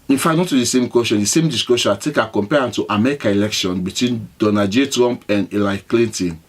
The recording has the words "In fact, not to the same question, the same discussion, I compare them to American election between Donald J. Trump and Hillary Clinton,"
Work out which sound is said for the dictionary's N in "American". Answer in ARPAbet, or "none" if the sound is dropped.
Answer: none